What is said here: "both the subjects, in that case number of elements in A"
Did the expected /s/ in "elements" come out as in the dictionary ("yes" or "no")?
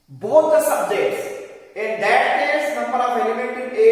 no